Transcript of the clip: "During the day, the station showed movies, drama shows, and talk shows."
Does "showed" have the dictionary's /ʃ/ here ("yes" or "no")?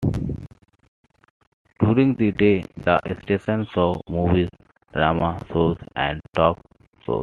no